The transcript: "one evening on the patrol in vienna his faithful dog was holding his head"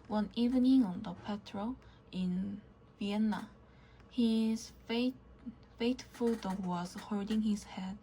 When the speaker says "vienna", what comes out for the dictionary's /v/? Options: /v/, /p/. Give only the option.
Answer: /v/